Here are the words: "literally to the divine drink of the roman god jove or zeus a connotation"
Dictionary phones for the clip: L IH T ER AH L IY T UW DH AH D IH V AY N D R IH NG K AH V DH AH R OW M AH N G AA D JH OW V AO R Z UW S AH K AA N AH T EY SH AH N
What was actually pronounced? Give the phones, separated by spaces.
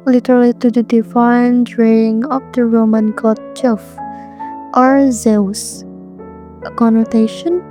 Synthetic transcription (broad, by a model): L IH T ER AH L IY T UW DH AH D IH F AY N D R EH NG AH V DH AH R OW M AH N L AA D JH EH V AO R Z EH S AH K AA N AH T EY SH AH N